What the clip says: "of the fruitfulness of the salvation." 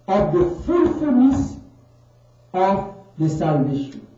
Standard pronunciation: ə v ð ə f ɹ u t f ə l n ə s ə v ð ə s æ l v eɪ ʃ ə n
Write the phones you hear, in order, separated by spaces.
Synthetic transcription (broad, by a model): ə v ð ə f u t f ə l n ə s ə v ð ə s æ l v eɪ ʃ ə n